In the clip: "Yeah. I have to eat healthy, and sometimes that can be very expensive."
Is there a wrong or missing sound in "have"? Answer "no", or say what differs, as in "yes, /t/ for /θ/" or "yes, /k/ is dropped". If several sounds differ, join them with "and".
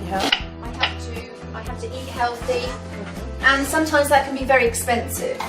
yes, /f/ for /v/